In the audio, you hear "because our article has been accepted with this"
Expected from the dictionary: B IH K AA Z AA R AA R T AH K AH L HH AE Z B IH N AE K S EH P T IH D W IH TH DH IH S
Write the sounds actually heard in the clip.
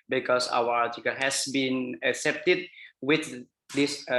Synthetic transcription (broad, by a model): B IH K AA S AA W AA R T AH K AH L HH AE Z B IH N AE K S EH P T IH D W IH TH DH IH S